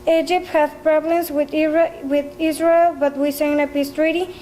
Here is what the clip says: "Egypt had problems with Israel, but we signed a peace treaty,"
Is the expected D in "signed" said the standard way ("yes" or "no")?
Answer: no